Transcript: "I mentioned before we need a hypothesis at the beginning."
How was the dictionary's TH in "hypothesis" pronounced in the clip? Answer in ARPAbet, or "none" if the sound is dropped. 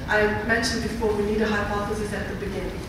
F